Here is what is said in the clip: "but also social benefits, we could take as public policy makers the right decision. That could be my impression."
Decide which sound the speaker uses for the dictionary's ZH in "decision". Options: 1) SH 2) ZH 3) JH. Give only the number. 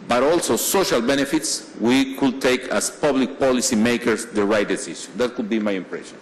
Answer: 1